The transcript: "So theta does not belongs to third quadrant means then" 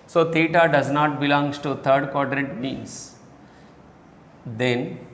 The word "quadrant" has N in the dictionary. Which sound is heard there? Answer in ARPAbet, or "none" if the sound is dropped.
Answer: none